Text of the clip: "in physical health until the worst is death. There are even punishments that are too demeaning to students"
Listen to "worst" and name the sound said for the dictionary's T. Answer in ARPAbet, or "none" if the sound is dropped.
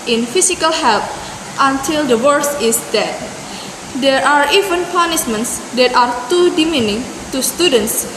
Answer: none